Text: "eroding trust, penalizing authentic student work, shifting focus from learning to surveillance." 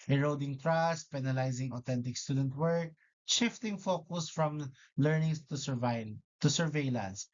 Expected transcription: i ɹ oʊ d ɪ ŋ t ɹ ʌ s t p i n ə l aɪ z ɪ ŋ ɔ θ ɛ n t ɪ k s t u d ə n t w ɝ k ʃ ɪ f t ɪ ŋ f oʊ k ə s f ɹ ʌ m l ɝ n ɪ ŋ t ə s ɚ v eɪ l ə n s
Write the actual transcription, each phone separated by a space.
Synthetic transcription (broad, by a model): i ɹ oʊ d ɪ ŋ t ɹ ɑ s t p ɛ n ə l aɪ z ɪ ŋ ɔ t ɛ n t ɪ k s t u d ə n t w ɝ k ʃ ɪ f t ɪ ŋ f oʊ k ə s f ɹ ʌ m l ɝ n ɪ ŋ t ə s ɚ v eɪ l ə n s